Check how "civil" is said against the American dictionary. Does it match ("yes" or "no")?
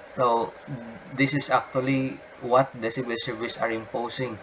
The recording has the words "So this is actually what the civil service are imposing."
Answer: no